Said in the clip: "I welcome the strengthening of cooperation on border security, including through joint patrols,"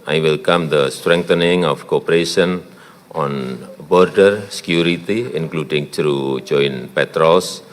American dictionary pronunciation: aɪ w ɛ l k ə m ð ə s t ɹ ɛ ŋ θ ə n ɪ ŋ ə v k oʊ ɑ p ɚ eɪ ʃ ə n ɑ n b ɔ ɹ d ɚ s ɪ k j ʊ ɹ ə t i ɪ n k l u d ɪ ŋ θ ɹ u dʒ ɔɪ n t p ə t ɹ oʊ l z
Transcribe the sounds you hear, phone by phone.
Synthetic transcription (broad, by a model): aɪ w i l k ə m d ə s t ɹ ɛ ŋ t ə n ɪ ŋ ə f k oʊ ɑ p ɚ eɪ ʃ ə n ɑ n b ɔ ɹ d ɚ s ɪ k j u ɹ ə t i ɪ n k l u d ɪ ŋ t ɹ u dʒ ɔɪ n p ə t ɹ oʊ l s